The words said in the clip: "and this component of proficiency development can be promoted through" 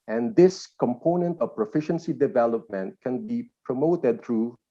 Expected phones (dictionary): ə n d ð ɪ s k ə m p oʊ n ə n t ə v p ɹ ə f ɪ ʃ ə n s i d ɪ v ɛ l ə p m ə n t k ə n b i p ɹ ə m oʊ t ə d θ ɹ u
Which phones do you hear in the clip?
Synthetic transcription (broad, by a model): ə n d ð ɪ s k ə m p oʊ n ə n t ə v p ɹ ə f ɪ ʃ ə n s i d ɪ v ɛ l ə p m ə n t k ə n b i p ɹ ə m oʊ t ə d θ ɹ u